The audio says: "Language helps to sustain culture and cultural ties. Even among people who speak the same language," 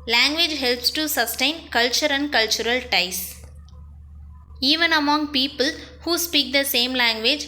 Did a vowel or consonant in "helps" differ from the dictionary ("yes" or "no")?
no